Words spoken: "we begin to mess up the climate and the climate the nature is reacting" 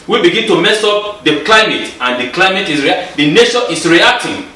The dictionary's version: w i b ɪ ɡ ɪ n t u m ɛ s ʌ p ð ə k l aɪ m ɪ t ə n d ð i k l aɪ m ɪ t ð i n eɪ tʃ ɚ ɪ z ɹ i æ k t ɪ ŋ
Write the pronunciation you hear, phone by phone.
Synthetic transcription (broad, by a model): w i b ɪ ɡ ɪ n t u m ɛ s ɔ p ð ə k l aɪ m ɪ t ə n d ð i k l aɪ m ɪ t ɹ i n eɪ ʃ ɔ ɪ s ɹ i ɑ k t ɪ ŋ